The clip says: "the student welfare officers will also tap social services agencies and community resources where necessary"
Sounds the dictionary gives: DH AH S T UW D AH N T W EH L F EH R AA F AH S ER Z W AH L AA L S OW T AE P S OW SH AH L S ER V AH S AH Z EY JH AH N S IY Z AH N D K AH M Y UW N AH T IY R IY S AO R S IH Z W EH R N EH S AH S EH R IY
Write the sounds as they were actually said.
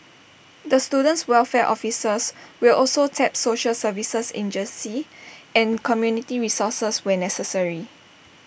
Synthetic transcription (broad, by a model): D AH S T UW D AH N T W EH L F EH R AA F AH S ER S W AH L AA L S OW T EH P S OW SH AH L S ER V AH S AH S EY JH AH N S IY AH N K AH M Y UW N AH T IY R IY S AO S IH S W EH N EH S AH S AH R IY